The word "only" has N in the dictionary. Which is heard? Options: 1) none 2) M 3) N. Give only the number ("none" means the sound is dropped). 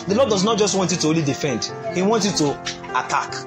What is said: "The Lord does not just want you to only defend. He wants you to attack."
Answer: 1